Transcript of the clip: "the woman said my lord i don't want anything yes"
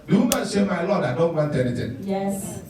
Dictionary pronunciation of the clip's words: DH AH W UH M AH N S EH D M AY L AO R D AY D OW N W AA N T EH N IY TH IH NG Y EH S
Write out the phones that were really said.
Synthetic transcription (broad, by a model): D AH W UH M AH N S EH M AY L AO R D AY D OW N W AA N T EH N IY T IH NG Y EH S